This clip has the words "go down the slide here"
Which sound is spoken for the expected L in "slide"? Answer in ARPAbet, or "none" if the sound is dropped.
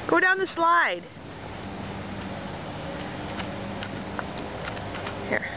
L